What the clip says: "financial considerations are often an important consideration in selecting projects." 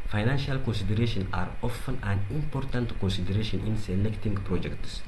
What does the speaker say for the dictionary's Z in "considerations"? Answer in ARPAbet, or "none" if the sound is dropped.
none